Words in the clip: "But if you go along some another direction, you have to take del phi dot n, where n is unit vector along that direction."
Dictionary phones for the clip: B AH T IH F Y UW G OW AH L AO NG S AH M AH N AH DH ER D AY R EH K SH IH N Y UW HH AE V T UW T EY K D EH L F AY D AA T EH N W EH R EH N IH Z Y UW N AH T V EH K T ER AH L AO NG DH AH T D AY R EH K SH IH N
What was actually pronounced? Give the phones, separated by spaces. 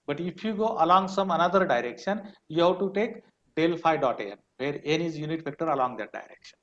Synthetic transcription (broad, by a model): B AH T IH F Y UW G OW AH L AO NG S AH M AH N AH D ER D AY R EH K SH IH N Y UW HH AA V T UW T EY K D EH L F AY D AA T EH N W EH R EH N IH Z Y UW N AH T P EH K T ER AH L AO NG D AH T D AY R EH K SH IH N